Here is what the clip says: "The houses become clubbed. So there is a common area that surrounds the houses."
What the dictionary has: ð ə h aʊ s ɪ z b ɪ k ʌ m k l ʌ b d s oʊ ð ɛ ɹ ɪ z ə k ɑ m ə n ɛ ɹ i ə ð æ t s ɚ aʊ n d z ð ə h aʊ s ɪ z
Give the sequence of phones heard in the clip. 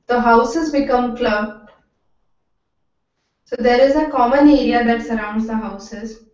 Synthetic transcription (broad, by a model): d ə h aʊ s ɪ z b ɪ k ʌ m k l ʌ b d s oʊ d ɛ ɹ ɪ z ə k ɑ m ə n ɛ ɹ i ə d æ t s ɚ aʊ n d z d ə h aʊ s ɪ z